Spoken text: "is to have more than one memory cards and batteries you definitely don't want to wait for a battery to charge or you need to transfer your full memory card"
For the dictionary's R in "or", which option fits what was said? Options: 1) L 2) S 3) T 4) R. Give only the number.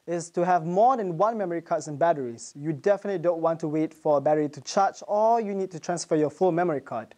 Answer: 1